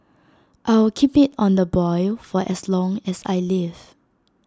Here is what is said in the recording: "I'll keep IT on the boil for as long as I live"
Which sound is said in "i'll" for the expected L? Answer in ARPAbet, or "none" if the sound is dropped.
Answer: W